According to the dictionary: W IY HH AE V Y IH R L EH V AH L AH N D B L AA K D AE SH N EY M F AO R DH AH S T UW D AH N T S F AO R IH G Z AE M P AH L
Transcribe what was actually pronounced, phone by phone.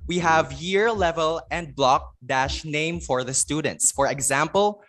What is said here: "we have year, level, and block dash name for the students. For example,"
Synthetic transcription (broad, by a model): W IY HH AE V Y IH R L EH V AH L AH N D B L AA K D AE SH N EY M F AO R DH AH S T UW D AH N T S F AO R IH G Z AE M P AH L